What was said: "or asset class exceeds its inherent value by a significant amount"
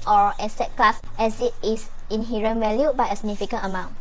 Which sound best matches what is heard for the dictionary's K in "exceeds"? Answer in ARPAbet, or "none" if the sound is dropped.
none